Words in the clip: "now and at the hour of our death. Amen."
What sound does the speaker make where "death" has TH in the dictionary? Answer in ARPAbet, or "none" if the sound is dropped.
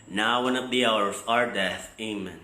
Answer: TH